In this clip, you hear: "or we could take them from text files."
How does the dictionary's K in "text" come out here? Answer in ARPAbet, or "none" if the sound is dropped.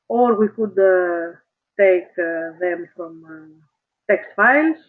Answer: K